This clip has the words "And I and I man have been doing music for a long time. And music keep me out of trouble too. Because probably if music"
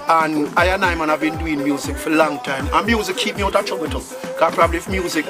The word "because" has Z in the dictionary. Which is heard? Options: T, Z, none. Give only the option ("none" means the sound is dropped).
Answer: none